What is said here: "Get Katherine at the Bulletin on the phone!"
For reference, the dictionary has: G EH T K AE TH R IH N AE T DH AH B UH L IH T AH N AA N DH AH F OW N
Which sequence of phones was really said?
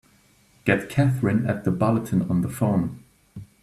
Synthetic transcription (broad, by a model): G EH T K AE TH R IH N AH T DH AH B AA L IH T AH N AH N DH AH F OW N